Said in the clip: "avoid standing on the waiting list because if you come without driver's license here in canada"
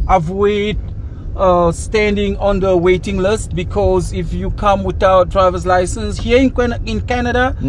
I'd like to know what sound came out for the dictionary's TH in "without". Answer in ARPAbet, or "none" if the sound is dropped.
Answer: T